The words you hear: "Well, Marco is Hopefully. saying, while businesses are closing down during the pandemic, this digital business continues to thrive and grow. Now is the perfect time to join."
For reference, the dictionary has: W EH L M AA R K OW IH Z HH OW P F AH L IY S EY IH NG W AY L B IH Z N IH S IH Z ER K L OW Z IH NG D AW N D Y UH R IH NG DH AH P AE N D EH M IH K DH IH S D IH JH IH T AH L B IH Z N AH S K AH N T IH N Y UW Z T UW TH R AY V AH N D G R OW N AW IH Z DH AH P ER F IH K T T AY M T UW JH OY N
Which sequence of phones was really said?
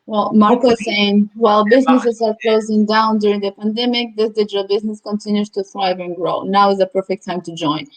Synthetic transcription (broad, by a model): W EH L M AA R K OW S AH IY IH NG W AY L B IH Z N IH S IH Z ER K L OW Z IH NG D AW N D Y UH R IH NG DH AH P AE N D EH M IH K DH IH S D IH JH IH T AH L B IH Z N AH S K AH N T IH N Y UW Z T UW TH R AY V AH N G R OW N AW IH Z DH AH P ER F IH K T T AY M T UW JH OY N